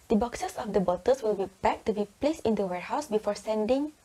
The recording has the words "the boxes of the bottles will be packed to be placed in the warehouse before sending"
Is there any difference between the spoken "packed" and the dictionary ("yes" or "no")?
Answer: yes